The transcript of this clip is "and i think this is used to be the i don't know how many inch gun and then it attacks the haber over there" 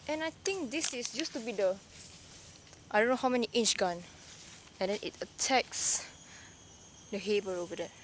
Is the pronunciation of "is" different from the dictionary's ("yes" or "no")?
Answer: yes